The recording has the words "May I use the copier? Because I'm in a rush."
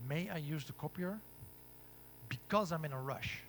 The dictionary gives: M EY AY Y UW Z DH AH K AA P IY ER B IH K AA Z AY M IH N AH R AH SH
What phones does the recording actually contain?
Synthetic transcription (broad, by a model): M EY AY Y UW Z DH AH K AA P IY ER B IH K AA Z AY M IH N AH R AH SH